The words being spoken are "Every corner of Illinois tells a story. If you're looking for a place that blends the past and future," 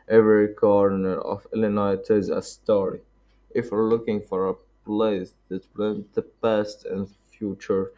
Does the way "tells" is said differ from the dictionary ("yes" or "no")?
yes